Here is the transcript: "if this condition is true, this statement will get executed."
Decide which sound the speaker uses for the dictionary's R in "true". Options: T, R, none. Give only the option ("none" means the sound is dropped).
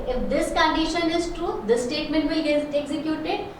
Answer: R